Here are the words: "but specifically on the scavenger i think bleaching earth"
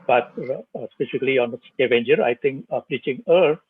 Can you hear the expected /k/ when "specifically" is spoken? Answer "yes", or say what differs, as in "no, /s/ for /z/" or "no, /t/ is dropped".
no, /k/ is dropped